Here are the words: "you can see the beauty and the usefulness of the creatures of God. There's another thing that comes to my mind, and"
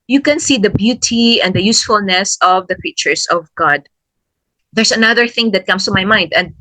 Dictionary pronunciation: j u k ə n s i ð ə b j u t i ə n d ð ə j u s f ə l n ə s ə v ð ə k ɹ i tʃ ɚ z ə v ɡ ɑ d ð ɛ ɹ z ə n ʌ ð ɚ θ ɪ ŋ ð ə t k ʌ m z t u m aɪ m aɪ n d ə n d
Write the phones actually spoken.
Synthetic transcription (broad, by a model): j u k ə n s i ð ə b j u t i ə n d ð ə j u s f ə l n ə s ə v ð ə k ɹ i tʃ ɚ s ə v ɡ ɑ d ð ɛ ɹ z ə n ʌ ð ɚ θ ɪ ŋ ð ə t k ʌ m s t u m aɪ m aɪ n d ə n d